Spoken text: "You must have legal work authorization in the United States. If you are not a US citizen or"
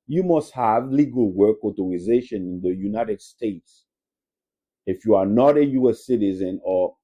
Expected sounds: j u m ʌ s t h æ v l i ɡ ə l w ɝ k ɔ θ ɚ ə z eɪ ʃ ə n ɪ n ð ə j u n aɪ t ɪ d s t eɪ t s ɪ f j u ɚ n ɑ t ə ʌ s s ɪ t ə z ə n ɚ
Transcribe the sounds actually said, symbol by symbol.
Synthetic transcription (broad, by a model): j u m ʌ s t h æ v l i ɡ ə l w ɝ k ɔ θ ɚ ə z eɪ ʃ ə n ɪ n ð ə j u n aɪ t ɪ d s t eɪ t s ɪ f j u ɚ n ɑ t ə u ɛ s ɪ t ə z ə n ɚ